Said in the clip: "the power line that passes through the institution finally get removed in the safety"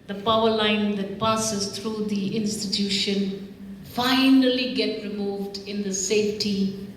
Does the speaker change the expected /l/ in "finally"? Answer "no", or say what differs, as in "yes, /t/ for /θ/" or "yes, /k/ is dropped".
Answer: no